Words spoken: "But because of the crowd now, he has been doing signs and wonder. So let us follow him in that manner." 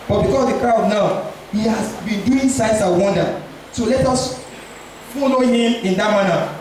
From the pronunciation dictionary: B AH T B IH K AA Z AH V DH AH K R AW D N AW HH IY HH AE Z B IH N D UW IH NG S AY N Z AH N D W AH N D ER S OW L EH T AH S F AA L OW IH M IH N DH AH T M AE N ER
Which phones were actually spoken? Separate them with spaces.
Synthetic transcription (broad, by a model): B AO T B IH K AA S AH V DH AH K R AW D N AW HH IY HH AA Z B IH N D UW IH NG S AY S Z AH W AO N D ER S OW L EH T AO S F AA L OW IH M IH N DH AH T M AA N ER